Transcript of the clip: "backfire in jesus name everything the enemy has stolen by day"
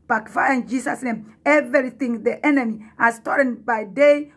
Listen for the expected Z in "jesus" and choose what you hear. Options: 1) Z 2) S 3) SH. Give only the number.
2